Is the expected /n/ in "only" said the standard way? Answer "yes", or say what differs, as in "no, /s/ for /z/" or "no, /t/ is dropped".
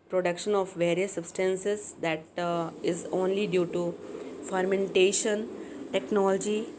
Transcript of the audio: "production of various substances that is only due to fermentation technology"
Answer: yes